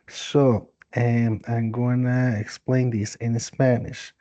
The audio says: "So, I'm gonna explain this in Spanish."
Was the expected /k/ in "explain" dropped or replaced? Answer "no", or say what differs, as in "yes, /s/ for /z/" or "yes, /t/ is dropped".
no